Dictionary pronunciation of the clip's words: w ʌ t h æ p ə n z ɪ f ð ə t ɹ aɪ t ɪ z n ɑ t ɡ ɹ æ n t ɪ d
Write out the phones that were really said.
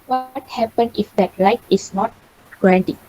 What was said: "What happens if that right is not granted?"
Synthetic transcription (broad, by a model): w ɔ t h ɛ p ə n ɪ f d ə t l aɪ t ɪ s n ɑ t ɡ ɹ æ n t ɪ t